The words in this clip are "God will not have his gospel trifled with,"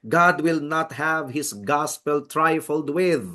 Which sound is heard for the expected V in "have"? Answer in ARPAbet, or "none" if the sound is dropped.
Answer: V